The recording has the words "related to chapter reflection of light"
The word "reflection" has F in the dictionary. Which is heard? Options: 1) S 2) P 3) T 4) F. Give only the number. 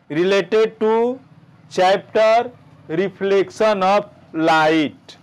2